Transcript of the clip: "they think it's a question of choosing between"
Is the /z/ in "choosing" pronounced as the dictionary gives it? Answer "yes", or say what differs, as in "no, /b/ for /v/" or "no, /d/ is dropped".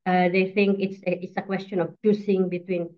no, /s/ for /z/